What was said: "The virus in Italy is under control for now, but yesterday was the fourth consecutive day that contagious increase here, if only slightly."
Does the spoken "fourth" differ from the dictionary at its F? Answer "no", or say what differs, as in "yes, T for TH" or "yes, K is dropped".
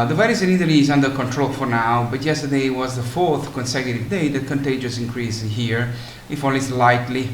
no